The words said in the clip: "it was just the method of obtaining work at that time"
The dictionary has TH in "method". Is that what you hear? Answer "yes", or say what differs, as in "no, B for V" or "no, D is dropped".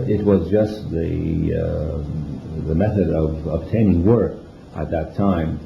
yes